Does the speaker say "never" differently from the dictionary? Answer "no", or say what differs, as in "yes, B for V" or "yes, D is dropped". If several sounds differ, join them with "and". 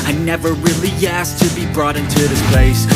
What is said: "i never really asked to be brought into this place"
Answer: no